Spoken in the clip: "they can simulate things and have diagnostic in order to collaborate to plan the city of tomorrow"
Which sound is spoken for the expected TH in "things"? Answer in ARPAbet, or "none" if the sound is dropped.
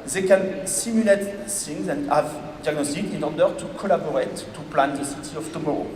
S